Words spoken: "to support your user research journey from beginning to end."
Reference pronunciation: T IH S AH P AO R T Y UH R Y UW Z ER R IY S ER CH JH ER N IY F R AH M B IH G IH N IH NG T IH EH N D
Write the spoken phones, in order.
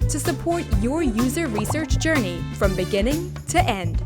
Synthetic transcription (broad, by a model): T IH S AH P AO R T Y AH R Y UW Z ER R IY S ER CH JH ER N IY F R AH M B IH G IH N IH NG T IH EH N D